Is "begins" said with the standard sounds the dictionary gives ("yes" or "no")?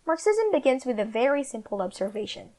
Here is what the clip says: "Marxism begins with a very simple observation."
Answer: yes